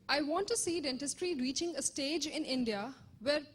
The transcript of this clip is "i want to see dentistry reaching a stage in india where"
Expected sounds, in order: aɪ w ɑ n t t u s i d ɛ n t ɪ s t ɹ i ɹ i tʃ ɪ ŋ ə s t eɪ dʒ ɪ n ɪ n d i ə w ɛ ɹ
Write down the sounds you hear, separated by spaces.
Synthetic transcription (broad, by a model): aɪ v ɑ n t t u s i d ɛ n t ɪ s t ɹ i ɹ i tʃ ɪ ŋ ə s t eɪ dʒ ɪ n ɪ n d i ə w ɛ ɹ